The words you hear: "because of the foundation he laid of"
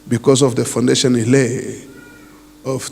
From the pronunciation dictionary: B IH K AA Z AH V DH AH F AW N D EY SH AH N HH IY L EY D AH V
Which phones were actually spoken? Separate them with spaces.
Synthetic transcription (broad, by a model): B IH K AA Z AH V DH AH F AW N D EY SH AH N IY L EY AH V